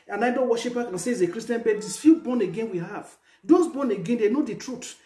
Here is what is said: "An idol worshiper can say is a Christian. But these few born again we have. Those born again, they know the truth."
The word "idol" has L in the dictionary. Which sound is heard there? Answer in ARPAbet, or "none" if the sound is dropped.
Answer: N